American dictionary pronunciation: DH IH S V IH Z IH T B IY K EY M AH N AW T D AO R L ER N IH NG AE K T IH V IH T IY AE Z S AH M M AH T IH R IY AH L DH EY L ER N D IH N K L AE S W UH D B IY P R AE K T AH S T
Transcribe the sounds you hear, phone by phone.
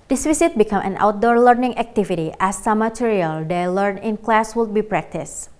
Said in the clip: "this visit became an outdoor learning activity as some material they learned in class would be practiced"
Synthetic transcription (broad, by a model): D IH S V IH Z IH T B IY K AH M AH N AW T D AO R L ER N IH NG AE K T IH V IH T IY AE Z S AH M M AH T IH R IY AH L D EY L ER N IH N K L AE S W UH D B IY P R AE K T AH S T